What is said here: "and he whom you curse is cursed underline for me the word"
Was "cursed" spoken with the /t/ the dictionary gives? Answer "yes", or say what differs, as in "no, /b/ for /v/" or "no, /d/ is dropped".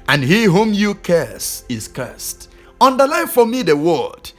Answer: yes